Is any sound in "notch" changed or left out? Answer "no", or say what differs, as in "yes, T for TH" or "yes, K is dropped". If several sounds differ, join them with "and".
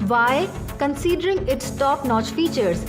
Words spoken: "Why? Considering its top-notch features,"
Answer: no